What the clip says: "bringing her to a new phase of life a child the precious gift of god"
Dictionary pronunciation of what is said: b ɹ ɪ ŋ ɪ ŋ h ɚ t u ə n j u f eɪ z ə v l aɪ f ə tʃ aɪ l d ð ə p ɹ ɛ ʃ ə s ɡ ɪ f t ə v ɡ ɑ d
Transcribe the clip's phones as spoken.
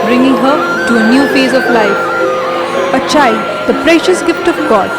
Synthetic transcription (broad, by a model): b ɹ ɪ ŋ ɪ ŋ h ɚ t u ə n j u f eɪ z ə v l aɪ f ə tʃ aɪ d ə p ɹ ɛ ʃ ə s ɡ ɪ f t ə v ɡ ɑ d